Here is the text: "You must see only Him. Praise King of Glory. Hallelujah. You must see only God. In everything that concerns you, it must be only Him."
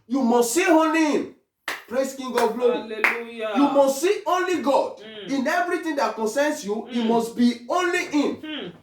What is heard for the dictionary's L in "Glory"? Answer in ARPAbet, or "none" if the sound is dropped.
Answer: none